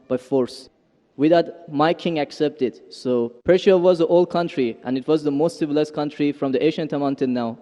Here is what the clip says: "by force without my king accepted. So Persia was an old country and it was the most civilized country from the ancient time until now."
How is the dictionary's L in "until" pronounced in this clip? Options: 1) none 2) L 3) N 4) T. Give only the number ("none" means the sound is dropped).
3